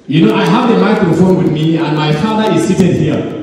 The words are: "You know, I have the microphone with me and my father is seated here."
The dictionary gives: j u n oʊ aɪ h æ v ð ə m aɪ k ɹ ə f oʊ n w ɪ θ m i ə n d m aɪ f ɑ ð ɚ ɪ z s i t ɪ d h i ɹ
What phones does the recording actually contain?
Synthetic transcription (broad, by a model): j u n oʊ aɪ h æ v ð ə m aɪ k ə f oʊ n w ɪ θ m i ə n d m aɪ f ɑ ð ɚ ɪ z s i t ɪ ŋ h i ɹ